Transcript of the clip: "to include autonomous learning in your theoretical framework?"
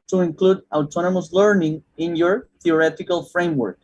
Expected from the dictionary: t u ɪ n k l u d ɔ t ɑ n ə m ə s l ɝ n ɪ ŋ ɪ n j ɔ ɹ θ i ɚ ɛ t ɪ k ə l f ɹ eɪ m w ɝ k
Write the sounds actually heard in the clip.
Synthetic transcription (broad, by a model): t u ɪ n k l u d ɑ t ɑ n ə m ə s l ɝ n ɪ ŋ ɪ n j ɔ ɹ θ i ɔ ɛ t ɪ k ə l f ɹ eɪ m w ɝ k